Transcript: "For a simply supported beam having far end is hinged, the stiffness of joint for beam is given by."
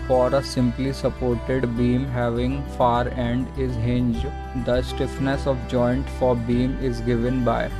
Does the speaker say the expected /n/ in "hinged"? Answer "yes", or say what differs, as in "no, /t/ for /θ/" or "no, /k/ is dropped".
yes